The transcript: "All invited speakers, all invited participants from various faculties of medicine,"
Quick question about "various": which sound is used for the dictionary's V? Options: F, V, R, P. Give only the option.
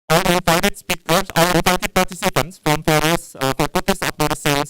F